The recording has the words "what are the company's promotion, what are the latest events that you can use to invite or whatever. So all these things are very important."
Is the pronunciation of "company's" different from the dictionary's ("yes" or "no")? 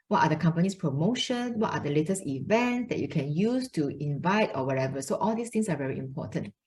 yes